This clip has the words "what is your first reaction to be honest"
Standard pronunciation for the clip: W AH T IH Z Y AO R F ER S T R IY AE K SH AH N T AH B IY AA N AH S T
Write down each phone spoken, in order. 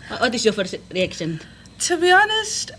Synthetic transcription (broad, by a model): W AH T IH S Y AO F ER T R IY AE K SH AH N T AH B IY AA N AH S T